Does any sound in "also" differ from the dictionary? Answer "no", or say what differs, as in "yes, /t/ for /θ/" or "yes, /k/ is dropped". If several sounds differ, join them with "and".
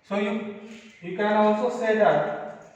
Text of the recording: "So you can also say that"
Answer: yes, /l/ is dropped